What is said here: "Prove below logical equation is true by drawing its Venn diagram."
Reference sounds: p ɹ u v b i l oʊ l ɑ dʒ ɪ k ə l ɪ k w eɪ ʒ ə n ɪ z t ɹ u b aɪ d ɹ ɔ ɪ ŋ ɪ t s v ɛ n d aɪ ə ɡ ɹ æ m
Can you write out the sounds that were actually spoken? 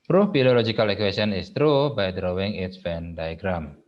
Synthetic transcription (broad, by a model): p ɹ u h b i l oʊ l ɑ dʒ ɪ k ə l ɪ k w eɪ s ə n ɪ s t ɹ u b aɪ d ɹ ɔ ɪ ŋ ɪ t s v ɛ n d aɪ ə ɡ ɹ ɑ m